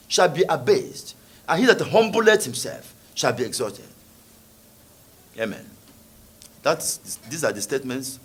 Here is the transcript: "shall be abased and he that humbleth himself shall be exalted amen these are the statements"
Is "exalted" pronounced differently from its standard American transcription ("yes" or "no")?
yes